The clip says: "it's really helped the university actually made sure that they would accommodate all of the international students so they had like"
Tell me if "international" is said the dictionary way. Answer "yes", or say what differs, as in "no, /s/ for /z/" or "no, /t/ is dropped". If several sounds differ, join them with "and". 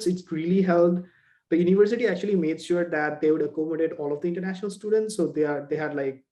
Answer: yes